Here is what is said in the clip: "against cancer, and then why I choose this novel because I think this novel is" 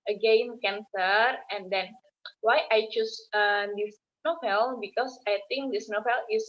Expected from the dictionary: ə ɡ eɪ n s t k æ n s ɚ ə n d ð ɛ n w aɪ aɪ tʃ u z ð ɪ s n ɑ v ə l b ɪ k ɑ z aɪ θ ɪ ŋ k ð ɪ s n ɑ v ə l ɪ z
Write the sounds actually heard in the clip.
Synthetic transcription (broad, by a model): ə ɡ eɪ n k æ n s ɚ ə n d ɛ n w aɪ aɪ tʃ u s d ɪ s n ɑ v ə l b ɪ k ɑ s aɪ t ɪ ŋ k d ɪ s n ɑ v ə l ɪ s